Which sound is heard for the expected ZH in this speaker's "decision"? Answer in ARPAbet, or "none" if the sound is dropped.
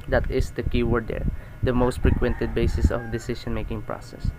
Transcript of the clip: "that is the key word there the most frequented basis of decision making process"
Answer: SH